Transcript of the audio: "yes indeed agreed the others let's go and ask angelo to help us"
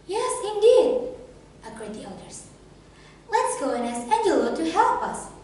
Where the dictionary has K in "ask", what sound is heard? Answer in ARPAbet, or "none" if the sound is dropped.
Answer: none